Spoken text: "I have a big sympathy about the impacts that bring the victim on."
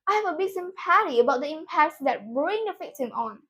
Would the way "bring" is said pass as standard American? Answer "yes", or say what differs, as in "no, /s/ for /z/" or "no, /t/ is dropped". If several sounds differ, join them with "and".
yes